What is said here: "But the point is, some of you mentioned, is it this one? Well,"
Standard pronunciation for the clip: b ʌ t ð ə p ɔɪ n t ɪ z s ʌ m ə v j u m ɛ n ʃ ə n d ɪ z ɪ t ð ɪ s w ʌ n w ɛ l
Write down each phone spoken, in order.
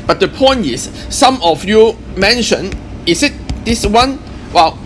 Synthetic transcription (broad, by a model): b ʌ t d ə p ɔɪ n t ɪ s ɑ m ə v j u m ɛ n ʃ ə n ɪ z ɪ t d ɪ s w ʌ n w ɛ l